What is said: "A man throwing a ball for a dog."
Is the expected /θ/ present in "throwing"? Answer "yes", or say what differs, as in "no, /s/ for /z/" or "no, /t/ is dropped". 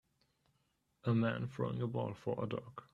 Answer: no, /f/ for /θ/